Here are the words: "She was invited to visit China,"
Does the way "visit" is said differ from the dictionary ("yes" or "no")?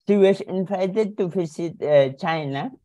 yes